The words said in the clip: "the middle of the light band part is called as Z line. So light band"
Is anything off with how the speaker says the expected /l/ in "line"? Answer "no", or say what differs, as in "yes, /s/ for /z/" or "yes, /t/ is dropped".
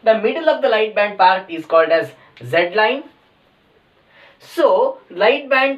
no